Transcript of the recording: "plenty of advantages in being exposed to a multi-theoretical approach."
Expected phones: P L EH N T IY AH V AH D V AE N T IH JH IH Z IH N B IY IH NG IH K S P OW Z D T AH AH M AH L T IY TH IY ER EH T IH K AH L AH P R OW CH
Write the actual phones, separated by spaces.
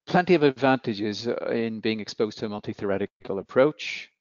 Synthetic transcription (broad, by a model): P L EH N T IY AH V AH D V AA N T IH JH IH Z IH N B IY IH NG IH K S P OW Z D T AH AH M AH L T IY TH IY ER EH T IH K AH L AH P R OW CH